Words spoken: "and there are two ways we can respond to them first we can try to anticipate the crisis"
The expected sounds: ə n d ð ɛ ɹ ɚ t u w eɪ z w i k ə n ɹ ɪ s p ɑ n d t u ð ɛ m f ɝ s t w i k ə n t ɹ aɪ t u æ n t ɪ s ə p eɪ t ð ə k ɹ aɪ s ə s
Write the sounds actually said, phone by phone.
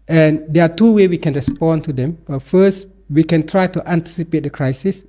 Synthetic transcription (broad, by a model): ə n d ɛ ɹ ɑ t u w eɪ w i k ə n ɹ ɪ s p ɑ n t u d ɛ m f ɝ s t w i k ə n t ɹ aɪ t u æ n t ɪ s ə p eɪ t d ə k ɹ aɪ s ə s